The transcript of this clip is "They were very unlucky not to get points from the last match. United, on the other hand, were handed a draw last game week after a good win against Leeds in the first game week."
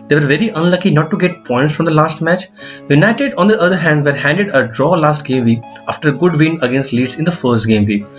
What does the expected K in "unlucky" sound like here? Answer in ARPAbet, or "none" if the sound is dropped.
K